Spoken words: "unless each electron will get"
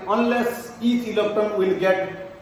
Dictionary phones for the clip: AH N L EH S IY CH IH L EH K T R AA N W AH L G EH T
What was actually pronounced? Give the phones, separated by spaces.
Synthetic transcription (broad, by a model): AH N L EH S IY CH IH L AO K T AA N W AH L G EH T